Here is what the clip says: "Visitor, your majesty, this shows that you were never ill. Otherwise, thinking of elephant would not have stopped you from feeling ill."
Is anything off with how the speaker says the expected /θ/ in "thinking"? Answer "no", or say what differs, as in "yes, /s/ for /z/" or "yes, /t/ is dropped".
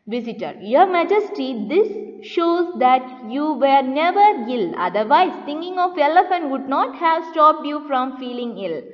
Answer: yes, /t/ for /θ/